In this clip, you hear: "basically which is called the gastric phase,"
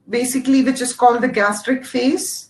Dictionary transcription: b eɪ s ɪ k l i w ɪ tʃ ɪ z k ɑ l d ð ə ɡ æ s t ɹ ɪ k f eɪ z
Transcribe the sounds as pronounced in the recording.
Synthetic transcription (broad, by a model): b eɪ s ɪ k l i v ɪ tʃ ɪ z k ɑ l d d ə ɡ æ s t ɹ ɪ k f eɪ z